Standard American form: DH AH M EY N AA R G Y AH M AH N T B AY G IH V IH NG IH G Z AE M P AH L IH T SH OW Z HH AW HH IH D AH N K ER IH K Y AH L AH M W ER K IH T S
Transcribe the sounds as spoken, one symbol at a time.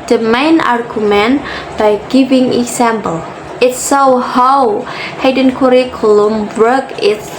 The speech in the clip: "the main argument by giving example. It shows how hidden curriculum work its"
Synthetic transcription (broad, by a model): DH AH M EY N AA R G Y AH M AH N B AY G IH V IH NG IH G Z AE M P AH L IH T S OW HH AW HH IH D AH N K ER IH K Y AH L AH M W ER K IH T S